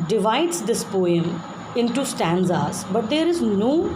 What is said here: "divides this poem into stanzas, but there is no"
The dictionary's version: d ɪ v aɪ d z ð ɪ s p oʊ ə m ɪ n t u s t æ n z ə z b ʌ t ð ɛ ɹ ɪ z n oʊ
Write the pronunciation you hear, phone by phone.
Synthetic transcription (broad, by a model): d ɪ v aɪ d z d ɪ s p oʊ ə m ɪ n t u s t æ n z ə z b ʌ t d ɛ ɹ ɪ z n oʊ